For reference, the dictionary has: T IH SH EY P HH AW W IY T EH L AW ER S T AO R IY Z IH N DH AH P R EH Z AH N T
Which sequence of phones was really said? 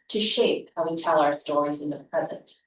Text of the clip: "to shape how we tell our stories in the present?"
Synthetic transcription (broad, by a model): T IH SH EY P HH AW W IY T EH L AW ER S T AO R IY Z IH N DH AH P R EH Z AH N T